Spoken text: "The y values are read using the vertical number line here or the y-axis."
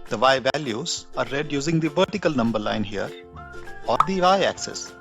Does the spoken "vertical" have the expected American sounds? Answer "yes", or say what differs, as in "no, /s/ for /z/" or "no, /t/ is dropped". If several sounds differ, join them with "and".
yes